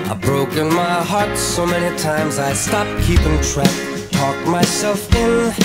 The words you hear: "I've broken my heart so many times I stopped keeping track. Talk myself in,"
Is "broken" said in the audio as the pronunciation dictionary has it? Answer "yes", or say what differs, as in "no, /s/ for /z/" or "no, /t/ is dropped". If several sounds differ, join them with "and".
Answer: yes